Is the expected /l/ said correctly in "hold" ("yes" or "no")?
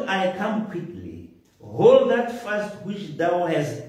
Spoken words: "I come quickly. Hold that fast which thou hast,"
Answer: yes